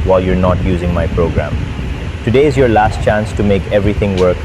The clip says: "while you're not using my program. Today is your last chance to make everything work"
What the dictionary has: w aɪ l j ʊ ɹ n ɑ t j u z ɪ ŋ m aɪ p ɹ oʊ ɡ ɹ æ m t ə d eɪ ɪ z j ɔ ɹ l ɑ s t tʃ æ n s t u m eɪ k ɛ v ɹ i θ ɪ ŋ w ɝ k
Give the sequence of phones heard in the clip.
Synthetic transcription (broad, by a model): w aɪ l j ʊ ɹ n ɑ t j u z ɪ ŋ m aɪ p ɹ oʊ ɡ ɹ æ m t ə d eɪ ɪ z j ɔ ɹ l ɑ s t tʃ æ n s t u m eɪ k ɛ v ɹ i t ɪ ŋ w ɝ k